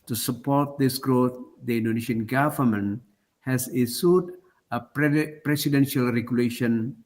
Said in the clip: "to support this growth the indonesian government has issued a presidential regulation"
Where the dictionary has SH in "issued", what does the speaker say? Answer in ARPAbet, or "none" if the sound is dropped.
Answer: S